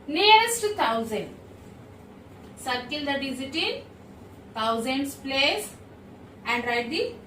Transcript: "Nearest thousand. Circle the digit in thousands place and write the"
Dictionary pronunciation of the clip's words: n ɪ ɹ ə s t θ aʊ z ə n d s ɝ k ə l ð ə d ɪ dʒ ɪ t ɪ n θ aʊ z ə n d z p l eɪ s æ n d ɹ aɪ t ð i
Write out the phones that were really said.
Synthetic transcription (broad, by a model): n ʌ ɹ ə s t t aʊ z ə n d s ɝ k ə l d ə d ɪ z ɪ t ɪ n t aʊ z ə n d s p l eɪ s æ n d ɹ aɪ t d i